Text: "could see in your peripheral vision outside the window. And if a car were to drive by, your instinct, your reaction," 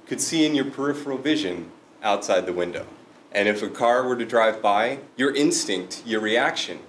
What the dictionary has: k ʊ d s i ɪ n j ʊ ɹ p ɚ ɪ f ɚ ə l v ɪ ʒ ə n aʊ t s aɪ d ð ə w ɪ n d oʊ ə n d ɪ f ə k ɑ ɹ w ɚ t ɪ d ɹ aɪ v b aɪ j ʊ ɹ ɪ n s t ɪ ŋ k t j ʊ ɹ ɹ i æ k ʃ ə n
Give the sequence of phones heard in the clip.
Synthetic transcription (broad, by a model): k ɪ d s i ɪ n j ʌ ɹ p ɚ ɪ f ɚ l v ɪ ʒ ə n aʊ t s aɪ d ð ə w ɪ n d oʊ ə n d ɪ f ə k ɑ ɹ w ɚ t ɪ d ɹ aɪ v b aɪ j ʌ ɹ ɪ n s t ɪ ŋ k t j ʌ ɹ ɹ i æ k ʃ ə n